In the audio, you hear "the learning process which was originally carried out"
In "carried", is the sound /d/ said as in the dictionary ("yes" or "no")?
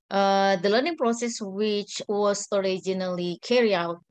no